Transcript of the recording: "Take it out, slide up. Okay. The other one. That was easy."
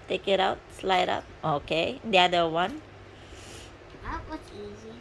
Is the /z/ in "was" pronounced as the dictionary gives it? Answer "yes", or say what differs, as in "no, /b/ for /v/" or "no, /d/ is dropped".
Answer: no, /s/ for /z/